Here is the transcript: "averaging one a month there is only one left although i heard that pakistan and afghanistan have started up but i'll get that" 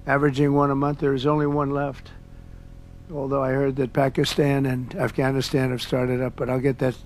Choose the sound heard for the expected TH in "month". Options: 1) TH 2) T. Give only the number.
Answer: 1